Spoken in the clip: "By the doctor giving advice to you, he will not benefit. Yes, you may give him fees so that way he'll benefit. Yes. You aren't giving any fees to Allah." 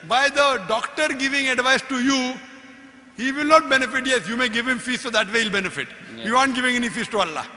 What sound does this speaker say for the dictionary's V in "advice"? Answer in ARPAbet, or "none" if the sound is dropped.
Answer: V